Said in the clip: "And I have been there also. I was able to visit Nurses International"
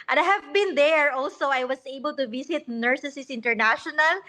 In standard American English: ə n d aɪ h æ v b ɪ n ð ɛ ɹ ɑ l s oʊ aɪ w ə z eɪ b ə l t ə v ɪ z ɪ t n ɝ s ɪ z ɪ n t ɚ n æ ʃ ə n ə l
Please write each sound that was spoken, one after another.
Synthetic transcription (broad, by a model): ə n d aɪ h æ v b ɪ n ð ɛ ɹ ɑ l s oʊ aɪ w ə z eɪ b ə l t ə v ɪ s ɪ t n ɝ s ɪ s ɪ n t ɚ n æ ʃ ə n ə l